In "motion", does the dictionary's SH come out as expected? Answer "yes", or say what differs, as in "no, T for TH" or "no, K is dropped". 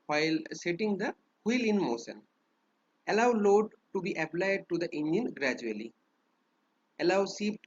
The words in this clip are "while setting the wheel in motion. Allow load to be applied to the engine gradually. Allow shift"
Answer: no, S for SH